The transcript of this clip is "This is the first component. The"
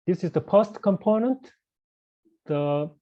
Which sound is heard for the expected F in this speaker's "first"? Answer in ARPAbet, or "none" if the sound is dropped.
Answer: P